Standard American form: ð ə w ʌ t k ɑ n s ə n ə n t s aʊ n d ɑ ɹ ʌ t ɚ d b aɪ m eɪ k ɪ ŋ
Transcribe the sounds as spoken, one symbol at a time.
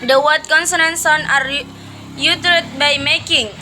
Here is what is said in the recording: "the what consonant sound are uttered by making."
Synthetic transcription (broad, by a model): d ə w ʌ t k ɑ n s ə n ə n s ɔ n ɑ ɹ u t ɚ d b aɪ m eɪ k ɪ ŋ